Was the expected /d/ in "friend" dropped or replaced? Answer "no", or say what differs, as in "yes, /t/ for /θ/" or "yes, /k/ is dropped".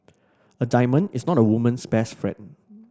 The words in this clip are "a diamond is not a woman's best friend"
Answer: yes, /d/ is dropped